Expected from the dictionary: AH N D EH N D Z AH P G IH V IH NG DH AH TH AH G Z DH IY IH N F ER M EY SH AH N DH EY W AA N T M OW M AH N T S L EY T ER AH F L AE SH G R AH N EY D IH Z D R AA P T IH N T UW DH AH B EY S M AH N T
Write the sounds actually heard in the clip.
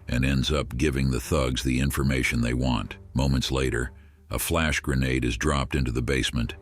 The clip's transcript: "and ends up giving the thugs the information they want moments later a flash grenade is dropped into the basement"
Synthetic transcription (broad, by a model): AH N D EH N D Z AH P G IH V IH NG DH AH TH AH G Z DH IY IH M F ER M EY SH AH N DH EY W AA N T M OW M AH N T S L EY T ER AH F L AE SH G R AH N EY D IH Z D R AA P T IH N T UW DH AH B EY S M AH N T